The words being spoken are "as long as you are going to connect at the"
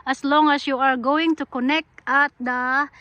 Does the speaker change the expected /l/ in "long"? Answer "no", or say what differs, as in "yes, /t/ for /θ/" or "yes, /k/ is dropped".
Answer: no